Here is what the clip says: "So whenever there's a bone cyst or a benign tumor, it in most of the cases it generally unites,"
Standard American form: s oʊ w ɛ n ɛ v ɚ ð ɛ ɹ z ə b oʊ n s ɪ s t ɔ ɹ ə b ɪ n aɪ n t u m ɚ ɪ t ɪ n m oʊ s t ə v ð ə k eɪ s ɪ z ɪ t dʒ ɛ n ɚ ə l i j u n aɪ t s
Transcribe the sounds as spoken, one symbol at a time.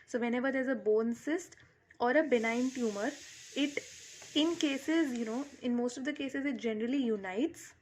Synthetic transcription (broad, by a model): s oʊ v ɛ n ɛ v ɚ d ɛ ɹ z ə b oʊ n s ɪ s t ɔ ɹ ə b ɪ n aɪ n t u m ɚ ɪ t ɪ n m oʊ s t ə v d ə k eɪ s ɪ z ɪ t dʒ ɛ n ɚ ə l i j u n aɪ t s